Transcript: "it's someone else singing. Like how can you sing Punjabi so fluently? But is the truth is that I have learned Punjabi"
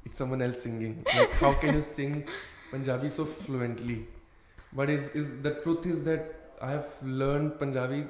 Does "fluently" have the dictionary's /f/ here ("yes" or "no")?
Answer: yes